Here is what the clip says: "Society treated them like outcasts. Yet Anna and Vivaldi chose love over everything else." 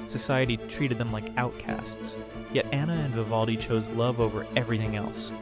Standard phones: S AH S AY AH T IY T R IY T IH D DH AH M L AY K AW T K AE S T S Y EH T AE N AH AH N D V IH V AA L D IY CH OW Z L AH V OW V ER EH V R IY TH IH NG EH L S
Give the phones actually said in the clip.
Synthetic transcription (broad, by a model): S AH S AY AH T IY T R IY T IH D DH AH M L AY K AW T K AE S T S Y EH T AE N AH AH N V IH V AA L D IY CH OW Z L AH V OW V ER EH V R IY TH IH NG EH L S